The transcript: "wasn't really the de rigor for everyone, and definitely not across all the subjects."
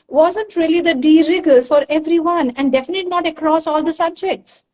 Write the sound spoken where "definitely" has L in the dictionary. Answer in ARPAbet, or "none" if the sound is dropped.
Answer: none